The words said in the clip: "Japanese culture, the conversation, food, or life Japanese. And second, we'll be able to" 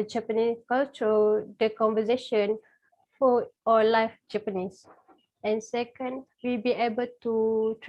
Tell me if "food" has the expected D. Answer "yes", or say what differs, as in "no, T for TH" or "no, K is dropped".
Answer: no, D is dropped